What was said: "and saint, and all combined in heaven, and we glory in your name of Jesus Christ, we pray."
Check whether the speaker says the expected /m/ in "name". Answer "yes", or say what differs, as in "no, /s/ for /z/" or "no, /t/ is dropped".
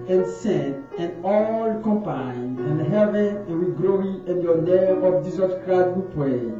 no, /m/ is dropped